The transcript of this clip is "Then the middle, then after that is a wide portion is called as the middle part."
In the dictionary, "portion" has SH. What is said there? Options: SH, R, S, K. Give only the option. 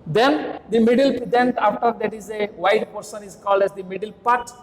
S